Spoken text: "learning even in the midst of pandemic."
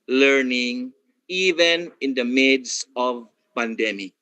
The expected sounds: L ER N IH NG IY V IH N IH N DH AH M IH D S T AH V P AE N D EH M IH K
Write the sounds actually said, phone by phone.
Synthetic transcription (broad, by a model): L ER N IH NG IY V IH N IH N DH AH M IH D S AH V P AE N D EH M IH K